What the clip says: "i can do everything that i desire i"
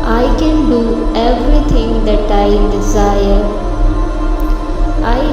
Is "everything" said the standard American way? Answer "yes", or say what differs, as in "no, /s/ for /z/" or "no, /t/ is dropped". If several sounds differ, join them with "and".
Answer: no, /t/ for /θ/